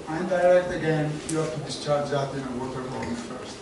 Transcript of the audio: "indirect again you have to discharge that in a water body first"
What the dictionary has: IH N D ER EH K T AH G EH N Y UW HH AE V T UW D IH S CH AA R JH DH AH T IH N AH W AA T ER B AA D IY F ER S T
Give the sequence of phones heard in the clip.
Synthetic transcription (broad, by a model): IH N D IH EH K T AH G EH N Y UW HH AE F T UW D IH S CH AA R JH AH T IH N AH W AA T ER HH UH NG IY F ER S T